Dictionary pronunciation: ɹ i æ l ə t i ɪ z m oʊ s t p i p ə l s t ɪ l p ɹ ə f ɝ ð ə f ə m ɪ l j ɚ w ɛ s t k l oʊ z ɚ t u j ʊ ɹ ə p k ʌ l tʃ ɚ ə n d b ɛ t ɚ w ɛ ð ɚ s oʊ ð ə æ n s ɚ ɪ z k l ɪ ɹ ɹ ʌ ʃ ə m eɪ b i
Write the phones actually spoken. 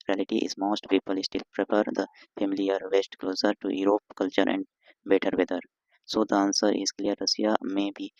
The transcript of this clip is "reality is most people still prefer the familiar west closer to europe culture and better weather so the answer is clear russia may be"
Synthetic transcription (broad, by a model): ɹ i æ l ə t i ɪ z m oʊ s t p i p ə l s t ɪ l p ɹ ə p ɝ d ə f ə m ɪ l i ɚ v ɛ s t k l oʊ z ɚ t u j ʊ ɹ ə p k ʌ l tʃ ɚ ə n d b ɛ t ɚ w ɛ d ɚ s oʊ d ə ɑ n s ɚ ɪ z k l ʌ ɹ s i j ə m eɪ b i